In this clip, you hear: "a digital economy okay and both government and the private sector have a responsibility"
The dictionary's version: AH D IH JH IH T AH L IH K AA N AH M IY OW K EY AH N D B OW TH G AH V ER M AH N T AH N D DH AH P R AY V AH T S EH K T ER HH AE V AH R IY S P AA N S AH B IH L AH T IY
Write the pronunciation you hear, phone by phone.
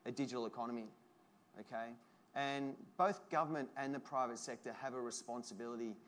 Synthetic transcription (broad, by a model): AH D IH JH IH T L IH K AA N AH M IY OW K EY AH N B OW TH G AH V ER M AH N T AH N DH AH P R AY V AH T S EH K T ER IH V AH R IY S P AA N S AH B IH L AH T IY